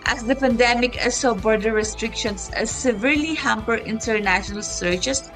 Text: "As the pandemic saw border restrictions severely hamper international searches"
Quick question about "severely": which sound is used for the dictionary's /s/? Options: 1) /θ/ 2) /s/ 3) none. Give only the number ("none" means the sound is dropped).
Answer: 2